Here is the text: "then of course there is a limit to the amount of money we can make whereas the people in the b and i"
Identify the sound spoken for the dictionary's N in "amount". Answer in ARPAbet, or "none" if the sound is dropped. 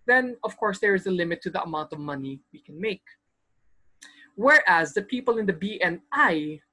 N